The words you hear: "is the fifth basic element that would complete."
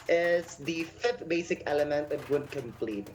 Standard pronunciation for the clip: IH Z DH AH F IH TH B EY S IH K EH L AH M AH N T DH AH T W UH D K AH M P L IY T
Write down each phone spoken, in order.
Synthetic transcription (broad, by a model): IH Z DH AH F IH TH B EY S IH K EH L AH M AH N T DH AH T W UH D K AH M P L IY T